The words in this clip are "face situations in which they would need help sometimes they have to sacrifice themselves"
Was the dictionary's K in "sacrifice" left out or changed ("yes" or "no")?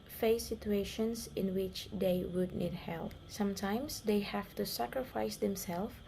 no